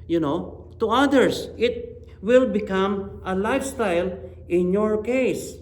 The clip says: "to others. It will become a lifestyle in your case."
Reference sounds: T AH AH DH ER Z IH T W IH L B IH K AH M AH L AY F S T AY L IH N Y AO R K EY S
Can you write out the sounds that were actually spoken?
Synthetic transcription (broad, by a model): T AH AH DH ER S IH T W IH L B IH K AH M AH L AY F S T AY L IH N Y AO R K EY S